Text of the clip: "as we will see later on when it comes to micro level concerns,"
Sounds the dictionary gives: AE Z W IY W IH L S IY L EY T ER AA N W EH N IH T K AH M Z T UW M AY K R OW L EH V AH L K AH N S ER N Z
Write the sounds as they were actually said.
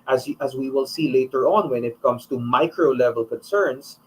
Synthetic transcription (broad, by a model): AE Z W IY W IH L S IY L EY T ER AA N W EH N IH T K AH M S T UW M AY K R OW L EH V AH L K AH N S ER N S